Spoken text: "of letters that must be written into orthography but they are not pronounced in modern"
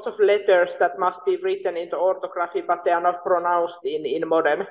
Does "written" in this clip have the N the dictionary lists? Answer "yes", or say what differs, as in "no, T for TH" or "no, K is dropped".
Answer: yes